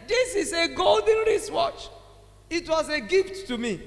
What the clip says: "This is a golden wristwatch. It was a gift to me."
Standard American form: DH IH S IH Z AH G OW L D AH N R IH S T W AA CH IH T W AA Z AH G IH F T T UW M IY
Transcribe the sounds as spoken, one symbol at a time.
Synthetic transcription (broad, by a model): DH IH S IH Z AH G OW L D AH N R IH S W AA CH IH T W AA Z AH G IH F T T UW M IY